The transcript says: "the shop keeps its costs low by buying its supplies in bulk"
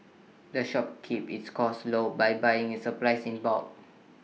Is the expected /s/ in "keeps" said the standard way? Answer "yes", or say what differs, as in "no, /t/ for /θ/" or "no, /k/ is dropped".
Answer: no, /s/ is dropped